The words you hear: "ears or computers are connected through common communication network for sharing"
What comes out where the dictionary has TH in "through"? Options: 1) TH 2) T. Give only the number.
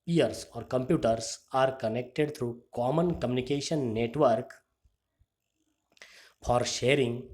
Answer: 2